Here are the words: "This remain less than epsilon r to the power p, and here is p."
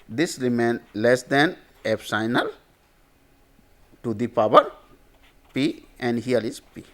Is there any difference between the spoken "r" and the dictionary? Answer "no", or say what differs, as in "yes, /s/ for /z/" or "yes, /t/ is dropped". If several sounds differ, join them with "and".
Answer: yes, /l/ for /ɹ/